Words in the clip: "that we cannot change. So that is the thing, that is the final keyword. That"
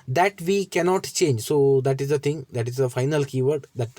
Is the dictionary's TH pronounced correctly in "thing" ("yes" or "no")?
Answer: no